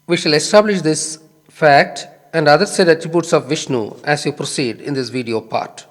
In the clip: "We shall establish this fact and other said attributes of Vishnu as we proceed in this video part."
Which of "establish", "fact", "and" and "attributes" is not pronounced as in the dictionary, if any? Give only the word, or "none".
none